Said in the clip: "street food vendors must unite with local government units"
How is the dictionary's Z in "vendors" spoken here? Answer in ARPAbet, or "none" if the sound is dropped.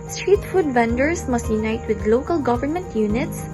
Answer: S